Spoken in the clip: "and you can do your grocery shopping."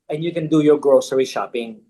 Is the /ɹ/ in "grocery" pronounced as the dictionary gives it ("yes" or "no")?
yes